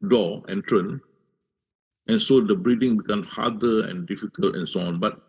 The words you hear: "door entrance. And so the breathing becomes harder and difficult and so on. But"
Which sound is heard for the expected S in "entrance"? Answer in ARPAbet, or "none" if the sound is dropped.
none